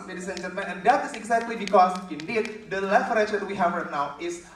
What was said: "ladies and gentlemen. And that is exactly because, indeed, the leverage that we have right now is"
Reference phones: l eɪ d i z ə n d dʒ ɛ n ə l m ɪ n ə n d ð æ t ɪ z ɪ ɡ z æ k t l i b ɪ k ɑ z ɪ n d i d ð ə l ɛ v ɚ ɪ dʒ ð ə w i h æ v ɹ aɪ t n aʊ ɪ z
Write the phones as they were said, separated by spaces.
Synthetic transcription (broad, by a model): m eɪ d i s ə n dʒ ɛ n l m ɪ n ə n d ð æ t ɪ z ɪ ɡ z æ k t l i b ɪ k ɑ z ɪ n d i d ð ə l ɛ f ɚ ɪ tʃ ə w i h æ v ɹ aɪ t n aʊ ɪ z